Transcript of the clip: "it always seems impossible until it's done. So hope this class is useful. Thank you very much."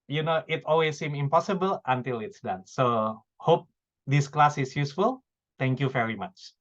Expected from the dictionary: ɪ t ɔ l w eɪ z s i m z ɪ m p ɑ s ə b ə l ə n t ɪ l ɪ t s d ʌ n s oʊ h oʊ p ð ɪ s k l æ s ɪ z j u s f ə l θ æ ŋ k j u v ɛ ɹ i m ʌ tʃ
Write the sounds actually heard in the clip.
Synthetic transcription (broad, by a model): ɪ t ɔ l w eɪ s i m ɪ m p ɑ s ə b ə l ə n t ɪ l ɪ t s d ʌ n s oʊ h oʊ p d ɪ s k l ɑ s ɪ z j u s f ə l t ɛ ŋ k j u v ɛ ɹ i m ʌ tʃ